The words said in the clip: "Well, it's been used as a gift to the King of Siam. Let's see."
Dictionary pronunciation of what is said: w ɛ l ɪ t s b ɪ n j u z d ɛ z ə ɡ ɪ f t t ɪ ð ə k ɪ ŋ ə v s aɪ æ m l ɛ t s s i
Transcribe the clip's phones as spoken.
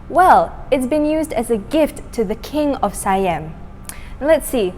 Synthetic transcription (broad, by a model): w ɛ l ɪ t s b ɪ n j u z d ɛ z ə ɡ ɪ f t t ɪ ð ə k ɪ ŋ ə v s aɪ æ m l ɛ t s s i